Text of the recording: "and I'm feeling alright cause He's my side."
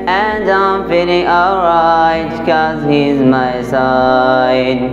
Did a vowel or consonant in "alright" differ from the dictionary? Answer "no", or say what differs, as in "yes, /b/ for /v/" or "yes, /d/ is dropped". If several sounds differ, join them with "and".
yes, /l/ is dropped